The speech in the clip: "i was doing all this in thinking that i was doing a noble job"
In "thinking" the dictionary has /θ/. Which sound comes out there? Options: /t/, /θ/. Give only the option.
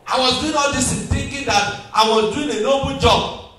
/t/